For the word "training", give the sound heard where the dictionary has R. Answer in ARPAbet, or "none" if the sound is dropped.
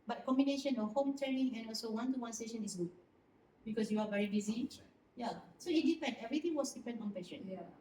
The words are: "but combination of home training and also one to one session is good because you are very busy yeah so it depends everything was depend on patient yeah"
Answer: none